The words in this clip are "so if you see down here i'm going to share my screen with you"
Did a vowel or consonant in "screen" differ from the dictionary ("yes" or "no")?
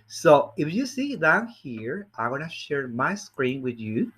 no